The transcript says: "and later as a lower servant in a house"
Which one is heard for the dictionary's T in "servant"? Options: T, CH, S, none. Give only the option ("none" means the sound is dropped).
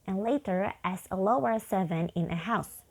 none